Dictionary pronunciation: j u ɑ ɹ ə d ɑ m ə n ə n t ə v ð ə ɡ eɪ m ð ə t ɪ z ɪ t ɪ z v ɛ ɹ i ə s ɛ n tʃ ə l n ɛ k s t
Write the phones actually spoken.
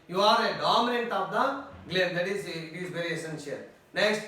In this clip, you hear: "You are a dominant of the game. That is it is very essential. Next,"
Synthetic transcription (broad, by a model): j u ɑ ɹ ə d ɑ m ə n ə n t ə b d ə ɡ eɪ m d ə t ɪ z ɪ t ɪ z b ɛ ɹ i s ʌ n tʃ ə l n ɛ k s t